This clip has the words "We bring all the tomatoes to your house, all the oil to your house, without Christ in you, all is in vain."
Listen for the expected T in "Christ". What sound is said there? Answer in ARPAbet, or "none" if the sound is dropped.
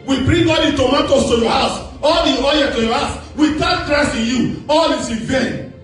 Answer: none